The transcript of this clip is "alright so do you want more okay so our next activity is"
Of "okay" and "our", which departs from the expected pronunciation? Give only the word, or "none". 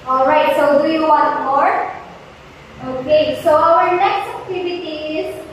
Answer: none